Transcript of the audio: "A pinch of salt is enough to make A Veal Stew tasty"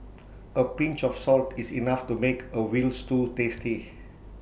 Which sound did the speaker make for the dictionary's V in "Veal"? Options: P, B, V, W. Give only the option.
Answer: W